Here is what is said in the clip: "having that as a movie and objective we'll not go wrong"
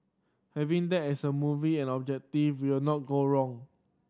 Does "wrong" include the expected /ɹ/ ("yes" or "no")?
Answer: yes